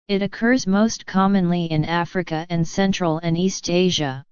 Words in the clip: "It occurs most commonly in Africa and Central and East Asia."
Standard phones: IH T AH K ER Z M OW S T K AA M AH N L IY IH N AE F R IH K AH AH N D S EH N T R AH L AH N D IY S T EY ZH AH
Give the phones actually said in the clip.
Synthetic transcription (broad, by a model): IH T AH K ER Z M OW S T K AA M AH N L IY IH N AE F R IH K AH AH N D S EH N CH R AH L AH N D IY S T EY ZH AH